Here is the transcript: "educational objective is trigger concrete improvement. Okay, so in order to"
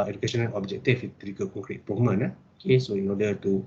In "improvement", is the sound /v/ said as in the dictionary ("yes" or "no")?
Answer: no